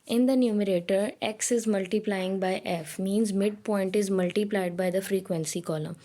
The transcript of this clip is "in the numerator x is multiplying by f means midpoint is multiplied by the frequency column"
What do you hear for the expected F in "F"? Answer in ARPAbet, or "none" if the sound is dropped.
F